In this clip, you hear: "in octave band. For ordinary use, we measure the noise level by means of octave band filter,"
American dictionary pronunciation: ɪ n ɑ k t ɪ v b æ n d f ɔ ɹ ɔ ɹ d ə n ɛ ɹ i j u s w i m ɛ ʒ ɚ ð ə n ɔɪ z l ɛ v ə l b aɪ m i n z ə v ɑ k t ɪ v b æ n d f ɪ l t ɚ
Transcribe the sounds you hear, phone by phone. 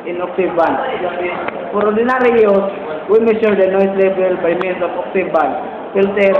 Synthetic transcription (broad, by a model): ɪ n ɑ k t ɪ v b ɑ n f ɔ ɹ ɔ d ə n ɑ ɹ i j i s w i m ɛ ʃ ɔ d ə n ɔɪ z l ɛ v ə l b aɪ m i n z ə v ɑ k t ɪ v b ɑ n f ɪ l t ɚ